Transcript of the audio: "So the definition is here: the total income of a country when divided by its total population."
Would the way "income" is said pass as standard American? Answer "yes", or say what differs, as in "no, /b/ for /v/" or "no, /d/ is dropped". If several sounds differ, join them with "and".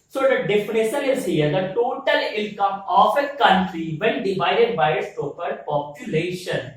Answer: no, /l/ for /n/